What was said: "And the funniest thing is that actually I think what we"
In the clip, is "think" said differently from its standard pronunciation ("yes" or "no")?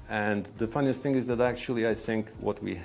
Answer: no